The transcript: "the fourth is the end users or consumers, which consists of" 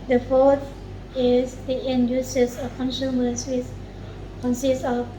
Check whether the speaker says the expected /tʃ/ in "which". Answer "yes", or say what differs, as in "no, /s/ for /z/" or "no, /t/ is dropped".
no, /s/ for /tʃ/